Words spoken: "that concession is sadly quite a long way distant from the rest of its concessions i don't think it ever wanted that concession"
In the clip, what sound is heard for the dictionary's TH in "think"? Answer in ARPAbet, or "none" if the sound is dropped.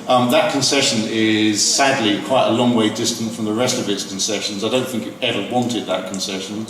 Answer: TH